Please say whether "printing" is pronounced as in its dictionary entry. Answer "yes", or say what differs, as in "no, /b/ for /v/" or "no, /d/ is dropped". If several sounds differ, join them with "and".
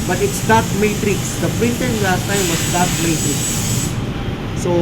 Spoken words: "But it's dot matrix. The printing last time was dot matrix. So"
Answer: no, /n/ is dropped